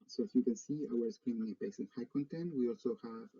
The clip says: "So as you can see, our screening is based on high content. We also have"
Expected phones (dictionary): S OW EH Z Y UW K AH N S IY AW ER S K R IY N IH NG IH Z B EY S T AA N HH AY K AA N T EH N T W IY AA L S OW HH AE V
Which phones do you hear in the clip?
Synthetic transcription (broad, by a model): S OW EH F Y UW K AH N S IY AW ER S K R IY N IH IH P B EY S IH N HH AY K AA N T EH N T W IY AA L S OW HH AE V